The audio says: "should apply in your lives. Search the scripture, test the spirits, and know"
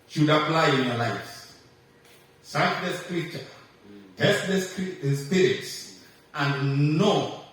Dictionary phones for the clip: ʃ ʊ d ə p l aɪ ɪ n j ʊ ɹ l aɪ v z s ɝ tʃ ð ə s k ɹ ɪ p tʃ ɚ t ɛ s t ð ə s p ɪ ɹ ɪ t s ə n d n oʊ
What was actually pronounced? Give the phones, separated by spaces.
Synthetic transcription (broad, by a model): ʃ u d ə p l aɪ ɪ n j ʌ l aɪ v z s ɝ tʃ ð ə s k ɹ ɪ tʃ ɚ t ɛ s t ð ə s p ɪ ɹ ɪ t s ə n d n oʊ